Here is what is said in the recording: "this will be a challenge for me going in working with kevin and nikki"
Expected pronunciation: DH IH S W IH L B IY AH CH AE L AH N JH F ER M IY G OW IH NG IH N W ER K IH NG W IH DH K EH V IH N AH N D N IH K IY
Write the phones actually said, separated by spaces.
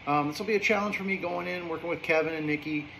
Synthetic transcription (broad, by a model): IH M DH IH L B IY AH CH AE L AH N ZH F ER M IY G OW IH NG IH N W ER K IH NG W IH DH K EH V IH N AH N N IH K IY